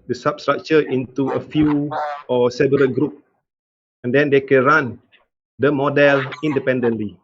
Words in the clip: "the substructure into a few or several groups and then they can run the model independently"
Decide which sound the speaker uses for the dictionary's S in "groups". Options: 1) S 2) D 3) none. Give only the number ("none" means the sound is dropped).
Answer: 3